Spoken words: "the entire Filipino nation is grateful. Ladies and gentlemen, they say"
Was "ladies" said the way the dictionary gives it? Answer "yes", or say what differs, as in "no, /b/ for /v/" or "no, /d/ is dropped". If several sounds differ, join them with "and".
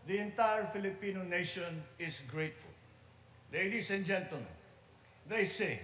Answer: no, /s/ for /z/